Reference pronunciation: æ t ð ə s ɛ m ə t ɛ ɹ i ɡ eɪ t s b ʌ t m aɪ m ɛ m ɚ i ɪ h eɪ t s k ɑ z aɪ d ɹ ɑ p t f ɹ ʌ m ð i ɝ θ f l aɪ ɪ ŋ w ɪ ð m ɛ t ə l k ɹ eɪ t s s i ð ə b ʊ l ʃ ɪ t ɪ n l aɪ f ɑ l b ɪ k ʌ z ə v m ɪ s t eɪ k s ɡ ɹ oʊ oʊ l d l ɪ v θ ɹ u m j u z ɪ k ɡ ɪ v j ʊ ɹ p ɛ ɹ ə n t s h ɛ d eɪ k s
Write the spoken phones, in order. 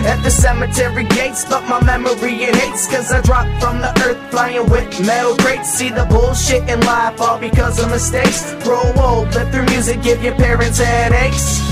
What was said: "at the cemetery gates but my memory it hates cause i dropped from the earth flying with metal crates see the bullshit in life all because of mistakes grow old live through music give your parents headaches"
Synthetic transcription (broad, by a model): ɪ t ð ə s ɛ m ə t ɛ ɹ i ɡ eɪ t s b ʌ t m aɪ m ɛ m ɚ i ɪ h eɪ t s k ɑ z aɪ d ɹ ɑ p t f ɹ ʌ m ð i ɝ θ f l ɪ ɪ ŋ w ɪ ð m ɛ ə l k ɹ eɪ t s s i ð ə b ʊ l ʃ ɪ t ɪ n l aɪ f ɑ l b ɪ k ʌ z ə v m ɪ s t eɪ k s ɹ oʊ oʊ l d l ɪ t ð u m j u z ɪ k ɡ ɪ v j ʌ ɹ p ɛ ɹ ə n t s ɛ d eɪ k s